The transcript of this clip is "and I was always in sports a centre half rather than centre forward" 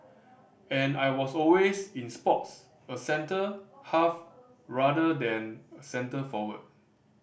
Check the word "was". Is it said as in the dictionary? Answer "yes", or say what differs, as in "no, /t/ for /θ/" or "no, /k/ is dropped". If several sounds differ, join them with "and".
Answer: no, /s/ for /z/